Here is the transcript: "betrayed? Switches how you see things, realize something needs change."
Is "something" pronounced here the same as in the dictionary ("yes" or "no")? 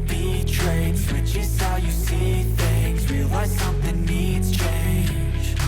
yes